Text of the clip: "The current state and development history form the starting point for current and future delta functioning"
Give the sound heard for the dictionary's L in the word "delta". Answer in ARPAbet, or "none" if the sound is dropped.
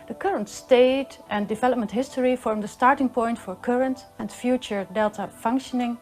L